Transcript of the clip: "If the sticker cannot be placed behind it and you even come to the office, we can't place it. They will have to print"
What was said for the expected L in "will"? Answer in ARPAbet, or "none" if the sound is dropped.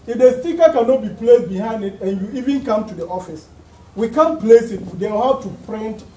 W